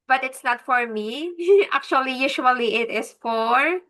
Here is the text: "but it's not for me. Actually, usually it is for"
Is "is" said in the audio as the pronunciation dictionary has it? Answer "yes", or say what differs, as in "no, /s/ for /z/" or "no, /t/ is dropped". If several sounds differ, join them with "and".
no, /s/ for /z/